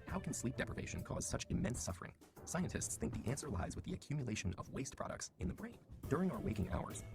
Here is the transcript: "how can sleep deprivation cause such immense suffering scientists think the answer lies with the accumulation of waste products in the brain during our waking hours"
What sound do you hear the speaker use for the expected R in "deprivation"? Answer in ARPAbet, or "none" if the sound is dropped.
R